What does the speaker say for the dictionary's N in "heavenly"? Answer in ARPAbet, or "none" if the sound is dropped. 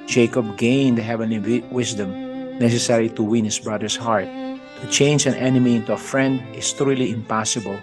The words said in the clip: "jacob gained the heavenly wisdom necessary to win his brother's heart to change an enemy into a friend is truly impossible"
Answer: N